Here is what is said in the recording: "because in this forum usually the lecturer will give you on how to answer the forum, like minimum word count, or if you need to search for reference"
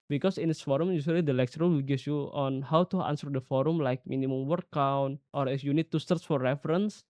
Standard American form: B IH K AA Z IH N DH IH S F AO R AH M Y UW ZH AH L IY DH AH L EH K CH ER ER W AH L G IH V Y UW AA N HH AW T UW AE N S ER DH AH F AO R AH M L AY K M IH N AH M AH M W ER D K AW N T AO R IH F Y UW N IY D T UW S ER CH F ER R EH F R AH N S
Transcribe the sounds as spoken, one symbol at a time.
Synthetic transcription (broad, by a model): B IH K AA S IH N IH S F AO R AH M Y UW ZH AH L IY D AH L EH K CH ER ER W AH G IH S Y UW AA N HH AW T UW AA N S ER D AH F AO R AH M L AY K M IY N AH M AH M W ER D K AW N T AO R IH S Y UW N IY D T UW S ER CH F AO R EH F R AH N S